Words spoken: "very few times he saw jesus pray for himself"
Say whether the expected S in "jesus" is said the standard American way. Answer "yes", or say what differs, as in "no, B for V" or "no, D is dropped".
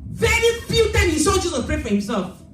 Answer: no, S is dropped